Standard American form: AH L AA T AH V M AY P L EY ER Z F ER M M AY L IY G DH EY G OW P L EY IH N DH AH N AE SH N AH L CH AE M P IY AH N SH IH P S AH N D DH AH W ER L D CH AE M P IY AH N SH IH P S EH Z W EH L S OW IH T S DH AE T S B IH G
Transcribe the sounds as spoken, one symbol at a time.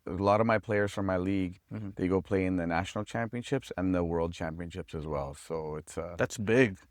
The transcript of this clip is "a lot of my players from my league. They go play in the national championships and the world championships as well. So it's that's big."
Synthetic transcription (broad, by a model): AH L AA T AH V M AY P L EY ER Z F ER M M AY L IY G DH EY G OW P L EY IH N DH AH N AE SH N L CH AE M P IY AH N SH IH P S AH N DH AH W ER L D CH AE M P IY AH N SH IH P S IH Z W EH L S OW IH T S DH AE T S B IH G